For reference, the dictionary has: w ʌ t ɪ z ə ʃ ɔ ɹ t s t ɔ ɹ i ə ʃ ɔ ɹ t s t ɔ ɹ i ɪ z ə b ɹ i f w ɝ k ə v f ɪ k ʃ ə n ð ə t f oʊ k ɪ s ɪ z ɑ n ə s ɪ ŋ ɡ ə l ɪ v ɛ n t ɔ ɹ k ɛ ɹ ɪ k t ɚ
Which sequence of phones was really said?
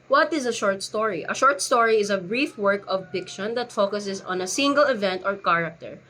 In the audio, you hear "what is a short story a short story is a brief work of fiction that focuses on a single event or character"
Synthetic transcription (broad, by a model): w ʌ t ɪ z ə ʃ ɔ ɹ t s t ɔ ɹ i ə ʃ ɔ ɹ t s t ɔ ɹ i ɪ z ə b ɹ i f w ɝ k ə v p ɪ k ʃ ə n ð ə t f oʊ k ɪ s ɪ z ɑ n ə s ɪ ŋ ɡ ə l ɪ v ɛ n t ɔ ɹ k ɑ ɹ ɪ k t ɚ